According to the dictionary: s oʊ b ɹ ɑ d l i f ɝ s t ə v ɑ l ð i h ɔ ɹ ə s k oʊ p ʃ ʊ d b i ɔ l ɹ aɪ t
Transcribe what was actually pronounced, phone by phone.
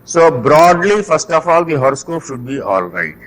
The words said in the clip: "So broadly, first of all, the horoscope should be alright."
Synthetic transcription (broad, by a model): s oʊ b ɹ ɑ d l i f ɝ s t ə f ɑ l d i h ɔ ɹ s k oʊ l ʃ ʊ d b i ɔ l ɹ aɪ t